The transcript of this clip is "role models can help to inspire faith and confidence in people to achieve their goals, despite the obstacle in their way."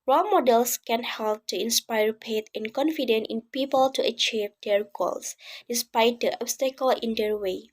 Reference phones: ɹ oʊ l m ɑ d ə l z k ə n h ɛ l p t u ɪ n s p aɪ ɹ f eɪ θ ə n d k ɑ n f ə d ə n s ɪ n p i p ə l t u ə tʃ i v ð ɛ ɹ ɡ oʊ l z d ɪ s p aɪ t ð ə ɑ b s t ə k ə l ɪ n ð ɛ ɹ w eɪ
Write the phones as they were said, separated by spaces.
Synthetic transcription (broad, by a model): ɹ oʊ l m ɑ d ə l s k ə n h ɛ l p t u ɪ n s p aɪ ɹ p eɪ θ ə n k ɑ n f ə d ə n ɪ n p i p ə l t u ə tʃ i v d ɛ ɹ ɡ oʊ l s d ɪ s p aɪ t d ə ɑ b s t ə k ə l ɪ n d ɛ ɹ w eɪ